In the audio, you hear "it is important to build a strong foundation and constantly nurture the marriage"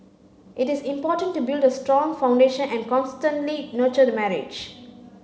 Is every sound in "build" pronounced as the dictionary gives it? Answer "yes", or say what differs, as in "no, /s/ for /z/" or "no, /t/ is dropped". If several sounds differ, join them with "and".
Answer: yes